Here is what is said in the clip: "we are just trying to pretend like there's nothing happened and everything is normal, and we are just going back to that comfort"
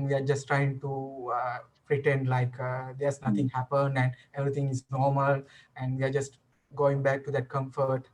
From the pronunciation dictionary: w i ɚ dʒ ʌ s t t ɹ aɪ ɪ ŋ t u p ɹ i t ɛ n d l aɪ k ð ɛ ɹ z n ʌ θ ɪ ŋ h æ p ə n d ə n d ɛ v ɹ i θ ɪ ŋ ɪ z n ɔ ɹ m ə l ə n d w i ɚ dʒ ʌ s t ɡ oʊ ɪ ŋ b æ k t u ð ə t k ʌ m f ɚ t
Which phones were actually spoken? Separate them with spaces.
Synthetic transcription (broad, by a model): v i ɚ dʒ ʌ s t t ɹ aɪ ɪ ŋ t u p ɹ i t ɛ n d l aɪ k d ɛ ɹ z n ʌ t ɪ ŋ h æ p ə n d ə n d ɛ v ɹ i t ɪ ŋ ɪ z n ɔ ɹ m ə l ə n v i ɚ dʒ ʌ s t ɡ oʊ ɪ ŋ b æ k t u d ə t k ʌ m f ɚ t